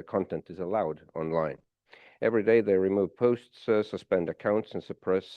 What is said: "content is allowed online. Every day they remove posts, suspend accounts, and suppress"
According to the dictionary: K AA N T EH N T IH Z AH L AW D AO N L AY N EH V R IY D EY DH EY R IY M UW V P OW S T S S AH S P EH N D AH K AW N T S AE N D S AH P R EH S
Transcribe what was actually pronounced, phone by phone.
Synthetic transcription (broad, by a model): K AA N T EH N T IH Z AH L AW D AO N L AY N EH V R IY D EY DH EY R IY M UW V P OW S T S S AH S P EH N D AH K AW N T S N S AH P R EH S